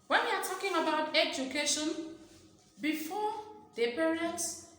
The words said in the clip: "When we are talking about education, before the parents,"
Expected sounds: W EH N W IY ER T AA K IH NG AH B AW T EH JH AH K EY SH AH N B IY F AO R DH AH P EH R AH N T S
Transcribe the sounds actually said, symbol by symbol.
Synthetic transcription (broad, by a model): W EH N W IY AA T AA K IH NG AH B AW T EH JH AH K EY SH AH N B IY F AO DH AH P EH R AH N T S